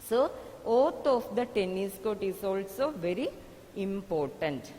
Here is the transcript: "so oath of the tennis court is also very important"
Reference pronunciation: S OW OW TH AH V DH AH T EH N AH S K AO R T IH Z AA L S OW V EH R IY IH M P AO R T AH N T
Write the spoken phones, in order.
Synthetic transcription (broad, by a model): S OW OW T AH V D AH T EH N AH S K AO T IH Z AA L S OW V EH R IY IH M P AO R T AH N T